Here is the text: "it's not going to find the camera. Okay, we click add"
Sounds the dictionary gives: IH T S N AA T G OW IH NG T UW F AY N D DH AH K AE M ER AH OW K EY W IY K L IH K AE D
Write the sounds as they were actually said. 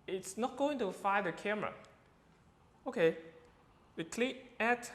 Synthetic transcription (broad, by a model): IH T S N AA T G OW IH NG T UW F AY D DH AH K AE M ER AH OW K EY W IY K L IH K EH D